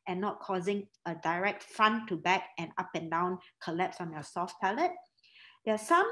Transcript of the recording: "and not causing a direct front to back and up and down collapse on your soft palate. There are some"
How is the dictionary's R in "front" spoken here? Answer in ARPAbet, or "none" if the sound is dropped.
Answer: none